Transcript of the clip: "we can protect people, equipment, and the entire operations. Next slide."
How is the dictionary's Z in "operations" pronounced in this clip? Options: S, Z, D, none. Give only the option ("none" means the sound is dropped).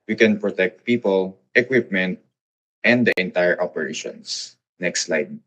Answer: S